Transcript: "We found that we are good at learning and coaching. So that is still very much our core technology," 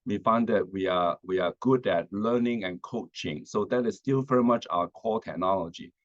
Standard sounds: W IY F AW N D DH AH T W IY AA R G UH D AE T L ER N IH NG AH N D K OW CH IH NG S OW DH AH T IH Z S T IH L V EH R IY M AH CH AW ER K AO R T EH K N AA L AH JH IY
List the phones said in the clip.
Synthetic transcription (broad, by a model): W IY F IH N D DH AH T W IY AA W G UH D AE T L ER N IH NG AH N K OW CH IH NG S OW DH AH T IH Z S T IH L V EH R IY M AH CH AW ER K AO L T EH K N AA L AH JH IY